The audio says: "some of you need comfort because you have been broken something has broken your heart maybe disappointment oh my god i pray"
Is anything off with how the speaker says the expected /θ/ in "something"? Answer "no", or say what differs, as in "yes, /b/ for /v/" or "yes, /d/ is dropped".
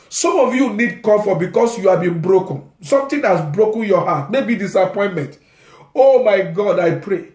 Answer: yes, /t/ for /θ/